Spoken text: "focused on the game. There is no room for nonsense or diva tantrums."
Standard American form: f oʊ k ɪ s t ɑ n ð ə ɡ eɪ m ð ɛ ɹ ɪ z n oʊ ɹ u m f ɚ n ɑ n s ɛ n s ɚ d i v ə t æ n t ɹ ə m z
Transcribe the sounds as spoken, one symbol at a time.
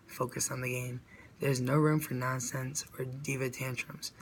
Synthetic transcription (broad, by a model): f oʊ k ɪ s n ð ə ɡ eɪ m ð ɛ ɹ ɪ z n oʊ ɹ u m f ɚ n ɑ n s ɛ n s ɚ d i v ə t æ n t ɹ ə m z